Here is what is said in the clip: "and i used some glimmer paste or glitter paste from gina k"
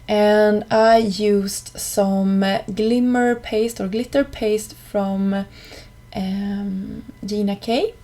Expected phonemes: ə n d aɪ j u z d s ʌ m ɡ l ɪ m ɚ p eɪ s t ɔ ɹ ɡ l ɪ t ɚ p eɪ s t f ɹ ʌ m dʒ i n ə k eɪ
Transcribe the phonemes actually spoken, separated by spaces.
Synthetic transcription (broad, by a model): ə n d aɪ j u s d s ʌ m ɡ l ɪ m ɚ p eɪ s t ɔ ɹ ɡ l ɪ t ɚ p eɪ s t f ɹ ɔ m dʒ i n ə k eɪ